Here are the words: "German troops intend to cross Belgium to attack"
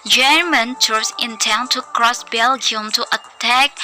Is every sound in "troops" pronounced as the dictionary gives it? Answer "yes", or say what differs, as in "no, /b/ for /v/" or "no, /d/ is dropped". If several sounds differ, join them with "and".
no, /p/ is dropped